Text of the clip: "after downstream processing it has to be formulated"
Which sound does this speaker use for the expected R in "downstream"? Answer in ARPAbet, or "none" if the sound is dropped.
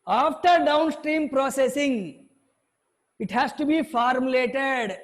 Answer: R